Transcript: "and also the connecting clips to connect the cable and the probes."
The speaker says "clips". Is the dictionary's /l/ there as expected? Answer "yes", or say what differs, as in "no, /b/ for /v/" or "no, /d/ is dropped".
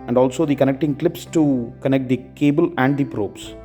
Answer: yes